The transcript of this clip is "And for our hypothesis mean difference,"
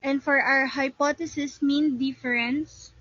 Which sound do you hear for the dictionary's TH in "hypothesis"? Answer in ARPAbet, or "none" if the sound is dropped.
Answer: T